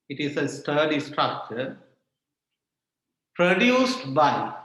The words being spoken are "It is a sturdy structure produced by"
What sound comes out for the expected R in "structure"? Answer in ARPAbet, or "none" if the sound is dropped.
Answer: R